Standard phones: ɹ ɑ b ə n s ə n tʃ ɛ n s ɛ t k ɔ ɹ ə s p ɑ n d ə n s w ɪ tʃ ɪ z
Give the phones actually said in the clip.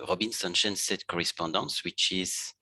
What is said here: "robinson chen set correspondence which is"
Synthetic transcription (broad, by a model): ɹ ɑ b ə n s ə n ʃ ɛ n s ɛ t k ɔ ɹ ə s p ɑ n d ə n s w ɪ tʃ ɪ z